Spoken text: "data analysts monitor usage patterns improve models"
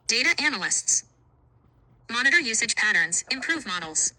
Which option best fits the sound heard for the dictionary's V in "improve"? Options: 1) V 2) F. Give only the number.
1